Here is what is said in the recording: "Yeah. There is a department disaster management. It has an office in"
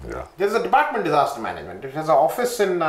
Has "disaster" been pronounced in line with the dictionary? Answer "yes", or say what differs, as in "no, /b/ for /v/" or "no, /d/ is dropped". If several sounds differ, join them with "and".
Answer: yes